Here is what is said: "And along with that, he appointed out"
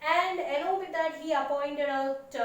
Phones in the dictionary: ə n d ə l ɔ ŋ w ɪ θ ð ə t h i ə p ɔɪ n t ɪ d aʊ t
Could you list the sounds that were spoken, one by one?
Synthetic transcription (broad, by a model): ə n d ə n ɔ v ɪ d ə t h i ə p ɔɪ n t ɪ d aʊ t